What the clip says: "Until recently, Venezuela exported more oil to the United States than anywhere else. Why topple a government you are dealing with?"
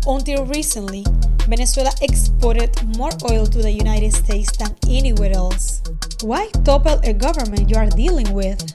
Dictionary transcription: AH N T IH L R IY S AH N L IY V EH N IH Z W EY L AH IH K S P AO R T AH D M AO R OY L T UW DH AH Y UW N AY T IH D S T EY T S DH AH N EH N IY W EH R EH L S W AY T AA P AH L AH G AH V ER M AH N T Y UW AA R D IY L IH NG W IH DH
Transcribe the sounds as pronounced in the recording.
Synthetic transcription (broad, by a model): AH N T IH L R IY S AH N L IY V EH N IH S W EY L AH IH K S P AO R T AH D M AO R OY L T UW DH AH Y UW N AY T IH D S T EY T S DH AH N EH N IY W EH R EH L S W AY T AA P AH L AH G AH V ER M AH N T Y UW AA R D IY L IH NG W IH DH